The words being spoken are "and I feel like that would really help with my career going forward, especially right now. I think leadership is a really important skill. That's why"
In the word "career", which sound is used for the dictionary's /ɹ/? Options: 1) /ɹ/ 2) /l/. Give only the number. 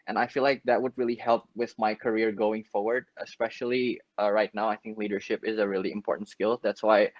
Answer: 1